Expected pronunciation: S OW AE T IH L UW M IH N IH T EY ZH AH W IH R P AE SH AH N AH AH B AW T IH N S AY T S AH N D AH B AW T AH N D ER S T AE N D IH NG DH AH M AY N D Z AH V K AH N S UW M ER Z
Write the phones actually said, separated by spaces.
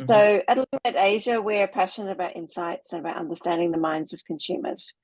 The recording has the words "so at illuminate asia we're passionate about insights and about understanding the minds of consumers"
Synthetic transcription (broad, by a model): S OW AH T L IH IH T EY ZH AH W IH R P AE SH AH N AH AH B AW T IH N S AY T S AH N AH B AW T AH N D ER S T AE N D IH NG DH AH M AY N D Z AH V K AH N S UW M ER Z